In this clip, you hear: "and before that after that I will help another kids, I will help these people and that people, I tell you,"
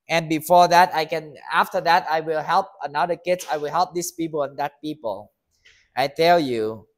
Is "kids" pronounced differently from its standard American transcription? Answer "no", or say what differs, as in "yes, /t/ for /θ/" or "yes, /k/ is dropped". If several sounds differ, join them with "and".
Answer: yes, /s/ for /z/